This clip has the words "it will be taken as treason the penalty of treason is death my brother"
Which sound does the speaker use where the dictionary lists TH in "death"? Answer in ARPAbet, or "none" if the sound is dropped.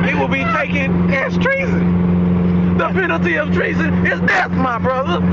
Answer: S